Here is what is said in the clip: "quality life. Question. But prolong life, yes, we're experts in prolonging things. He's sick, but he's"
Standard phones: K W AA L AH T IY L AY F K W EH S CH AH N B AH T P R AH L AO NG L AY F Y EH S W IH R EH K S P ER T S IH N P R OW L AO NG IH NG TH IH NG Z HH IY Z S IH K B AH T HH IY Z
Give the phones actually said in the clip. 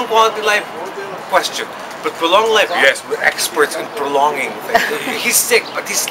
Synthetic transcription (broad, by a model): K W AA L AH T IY L AY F K W EH S CH AH N B AH T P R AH L AO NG L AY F Y EH S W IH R EH K S P ER T S IH N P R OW L AO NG NG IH NG HH IY Z S IH K B AH T HH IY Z